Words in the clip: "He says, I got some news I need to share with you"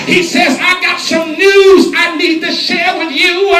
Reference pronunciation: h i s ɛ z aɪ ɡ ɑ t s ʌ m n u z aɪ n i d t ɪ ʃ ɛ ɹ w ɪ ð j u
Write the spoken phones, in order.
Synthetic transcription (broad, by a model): h i s ɛ z aɪ ɡ ɑ t s ʌ m n u z aɪ n i d t ɪ ʃ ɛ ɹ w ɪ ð j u